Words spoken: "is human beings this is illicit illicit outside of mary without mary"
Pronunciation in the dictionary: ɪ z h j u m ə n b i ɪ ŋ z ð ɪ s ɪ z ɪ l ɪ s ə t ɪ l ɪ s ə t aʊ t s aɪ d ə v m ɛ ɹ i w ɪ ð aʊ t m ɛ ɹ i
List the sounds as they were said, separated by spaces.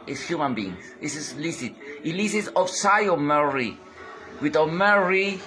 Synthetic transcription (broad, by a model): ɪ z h j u m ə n b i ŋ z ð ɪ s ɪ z l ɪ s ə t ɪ l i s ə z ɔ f s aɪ ə m ɛ ɹ i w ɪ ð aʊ m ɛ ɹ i